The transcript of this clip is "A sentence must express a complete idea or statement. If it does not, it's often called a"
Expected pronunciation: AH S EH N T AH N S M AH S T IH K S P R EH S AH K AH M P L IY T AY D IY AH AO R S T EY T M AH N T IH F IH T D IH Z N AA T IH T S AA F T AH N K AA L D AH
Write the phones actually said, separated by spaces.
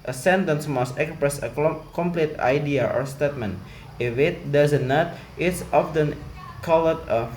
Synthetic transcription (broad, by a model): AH S EH N T AH N S M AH S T IH K S P R EH S AH K AH M P L IY T AY D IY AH AO R S T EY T M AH N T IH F IH T D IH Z N AA T IH T S AA F T AH N K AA L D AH